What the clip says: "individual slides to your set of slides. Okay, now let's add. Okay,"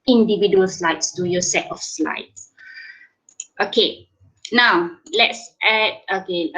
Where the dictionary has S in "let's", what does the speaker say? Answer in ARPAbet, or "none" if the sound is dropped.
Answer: S